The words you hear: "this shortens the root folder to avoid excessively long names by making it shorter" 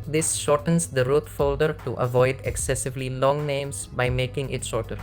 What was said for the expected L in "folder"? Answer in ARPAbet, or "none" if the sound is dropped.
L